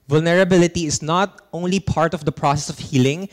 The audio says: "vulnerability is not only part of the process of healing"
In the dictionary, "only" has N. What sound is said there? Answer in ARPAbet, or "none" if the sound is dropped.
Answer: N